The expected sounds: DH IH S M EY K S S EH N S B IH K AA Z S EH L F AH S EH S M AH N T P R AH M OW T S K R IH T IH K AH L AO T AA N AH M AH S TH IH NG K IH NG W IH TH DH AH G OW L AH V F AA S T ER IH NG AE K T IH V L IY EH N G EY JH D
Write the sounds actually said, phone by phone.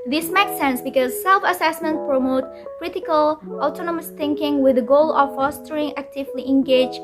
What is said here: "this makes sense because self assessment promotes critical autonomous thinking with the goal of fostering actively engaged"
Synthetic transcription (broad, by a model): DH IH S M EY K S S EH N S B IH K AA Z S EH L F AH S EH S M AH N T P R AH M OW T K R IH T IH K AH L AO T AA N AH M AH S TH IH NG K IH NG W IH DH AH G OW L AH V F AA S T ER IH NG AE K T IH V L IY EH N G EY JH